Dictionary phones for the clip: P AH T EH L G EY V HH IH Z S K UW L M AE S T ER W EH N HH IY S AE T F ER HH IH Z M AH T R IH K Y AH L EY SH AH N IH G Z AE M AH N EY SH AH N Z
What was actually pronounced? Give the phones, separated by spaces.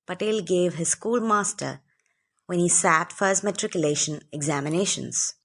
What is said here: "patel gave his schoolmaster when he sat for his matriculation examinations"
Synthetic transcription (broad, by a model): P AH T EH L G EY V HH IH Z S K UW L M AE S T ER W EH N HH IY S AE T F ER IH S M AH T R IH K Y AH L EY SH AH N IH G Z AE M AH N EY SH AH N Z